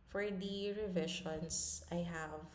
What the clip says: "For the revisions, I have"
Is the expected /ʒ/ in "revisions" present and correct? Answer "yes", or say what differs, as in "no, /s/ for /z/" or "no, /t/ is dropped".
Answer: no, /ʃ/ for /ʒ/